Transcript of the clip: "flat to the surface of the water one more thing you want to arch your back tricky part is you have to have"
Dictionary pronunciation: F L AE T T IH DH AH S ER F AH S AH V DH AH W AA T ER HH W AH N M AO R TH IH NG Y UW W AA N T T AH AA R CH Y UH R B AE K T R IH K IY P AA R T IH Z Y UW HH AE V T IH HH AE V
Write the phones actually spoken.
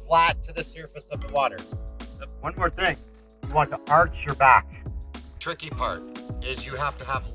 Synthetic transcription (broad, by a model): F L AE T T IH DH AH S ER F AH S AH V DH AH W AA T ER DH W AH N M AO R TH IH NG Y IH W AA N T T AH AA R CH Y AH R B AE K T R IH K IY P AA R T IH Z Y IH HH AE F T IH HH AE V